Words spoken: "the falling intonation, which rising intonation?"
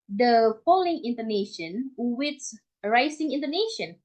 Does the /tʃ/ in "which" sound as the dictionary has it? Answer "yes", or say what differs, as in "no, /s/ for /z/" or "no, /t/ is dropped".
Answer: no, /s/ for /tʃ/